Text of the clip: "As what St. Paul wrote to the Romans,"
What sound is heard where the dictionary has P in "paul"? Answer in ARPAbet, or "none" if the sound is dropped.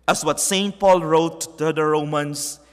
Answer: P